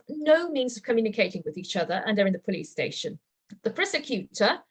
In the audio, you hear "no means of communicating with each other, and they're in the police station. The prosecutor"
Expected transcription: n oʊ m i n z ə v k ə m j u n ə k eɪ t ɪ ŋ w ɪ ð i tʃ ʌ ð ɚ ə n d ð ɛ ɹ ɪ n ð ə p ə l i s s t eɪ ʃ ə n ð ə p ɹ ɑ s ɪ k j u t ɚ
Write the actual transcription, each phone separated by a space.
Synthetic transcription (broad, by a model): n oʊ m i n z ə v k ə m j u n ə k eɪ t ɪ ŋ w ɪ ð i tʃ ʌ ð ɚ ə n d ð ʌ ɹ ɪ n ð ə p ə l i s s t eɪ ʃ ə n ð ə p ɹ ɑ s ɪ k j u t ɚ